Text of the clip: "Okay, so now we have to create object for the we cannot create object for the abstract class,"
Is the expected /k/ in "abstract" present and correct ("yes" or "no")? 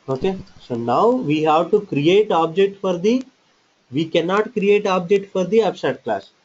no